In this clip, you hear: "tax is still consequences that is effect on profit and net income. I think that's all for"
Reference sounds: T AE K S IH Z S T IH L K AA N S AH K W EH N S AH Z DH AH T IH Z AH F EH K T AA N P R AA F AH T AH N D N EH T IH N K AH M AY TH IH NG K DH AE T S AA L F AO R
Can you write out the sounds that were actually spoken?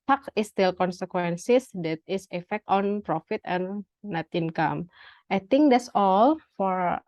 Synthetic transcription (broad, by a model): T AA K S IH S T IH L K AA N S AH K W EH N S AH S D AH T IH S AH F EH K T AA N P R AA F AH T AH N N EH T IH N K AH M AY T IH NG K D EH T S AA L F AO R